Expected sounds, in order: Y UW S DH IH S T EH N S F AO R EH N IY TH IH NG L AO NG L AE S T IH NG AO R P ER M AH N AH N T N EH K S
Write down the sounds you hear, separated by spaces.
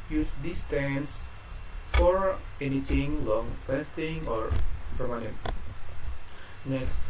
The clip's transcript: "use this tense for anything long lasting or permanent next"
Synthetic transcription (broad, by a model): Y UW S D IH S T EH N S F AO R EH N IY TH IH NG L AO NG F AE S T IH NG AO R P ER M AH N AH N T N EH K S